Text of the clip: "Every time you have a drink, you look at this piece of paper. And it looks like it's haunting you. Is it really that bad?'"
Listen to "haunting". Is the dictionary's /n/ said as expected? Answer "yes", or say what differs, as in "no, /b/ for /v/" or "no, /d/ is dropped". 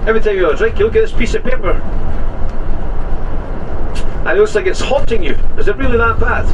no, /n/ is dropped